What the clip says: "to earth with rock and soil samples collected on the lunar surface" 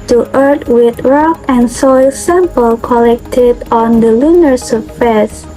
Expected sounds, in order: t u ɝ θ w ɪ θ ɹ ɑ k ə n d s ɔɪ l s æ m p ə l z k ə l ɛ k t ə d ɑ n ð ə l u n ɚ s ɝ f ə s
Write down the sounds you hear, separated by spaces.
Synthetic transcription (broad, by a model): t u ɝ t w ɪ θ ɹ ɑ k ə n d s ɔɪ l s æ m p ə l k ə l ɛ k t ə d ɑ n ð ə l u n ɚ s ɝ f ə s